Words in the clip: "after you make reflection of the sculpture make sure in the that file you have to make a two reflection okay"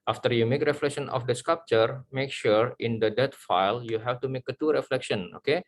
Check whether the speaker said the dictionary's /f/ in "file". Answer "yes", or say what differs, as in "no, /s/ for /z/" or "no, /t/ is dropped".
yes